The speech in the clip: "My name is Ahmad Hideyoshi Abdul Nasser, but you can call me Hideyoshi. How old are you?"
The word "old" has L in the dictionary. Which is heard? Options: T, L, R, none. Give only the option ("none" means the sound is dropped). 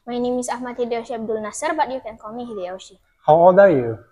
none